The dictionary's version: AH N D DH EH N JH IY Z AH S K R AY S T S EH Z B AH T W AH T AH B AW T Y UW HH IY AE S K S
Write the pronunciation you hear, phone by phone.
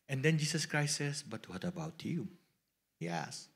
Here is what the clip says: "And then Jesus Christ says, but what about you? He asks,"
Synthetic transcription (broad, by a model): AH N D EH N JH IY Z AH S K R AY S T S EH S B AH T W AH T AH B AW T Y UW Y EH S S